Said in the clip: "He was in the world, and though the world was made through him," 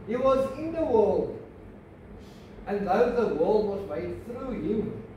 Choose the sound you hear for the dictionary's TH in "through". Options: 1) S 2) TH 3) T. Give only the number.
2